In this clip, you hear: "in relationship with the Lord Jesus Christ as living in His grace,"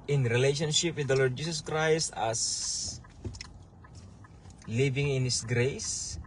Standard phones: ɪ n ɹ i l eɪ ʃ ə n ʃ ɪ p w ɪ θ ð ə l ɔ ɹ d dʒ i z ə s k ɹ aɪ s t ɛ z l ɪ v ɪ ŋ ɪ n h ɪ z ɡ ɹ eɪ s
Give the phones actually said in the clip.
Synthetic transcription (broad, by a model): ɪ n ɹ i l eɪ ʃ ə n ʃ ɪ p w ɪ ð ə l ɔ ɹ d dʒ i s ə s k ɹ aɪ s t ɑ s l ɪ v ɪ ŋ ɪ n h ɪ s ɡ ɹ eɪ s